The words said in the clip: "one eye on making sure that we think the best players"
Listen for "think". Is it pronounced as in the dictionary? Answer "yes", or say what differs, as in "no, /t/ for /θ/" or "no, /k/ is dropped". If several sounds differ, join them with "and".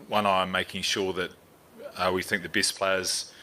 yes